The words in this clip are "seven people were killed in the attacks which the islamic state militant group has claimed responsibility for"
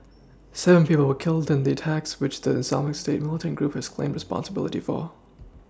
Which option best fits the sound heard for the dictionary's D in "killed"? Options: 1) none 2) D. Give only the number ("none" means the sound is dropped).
2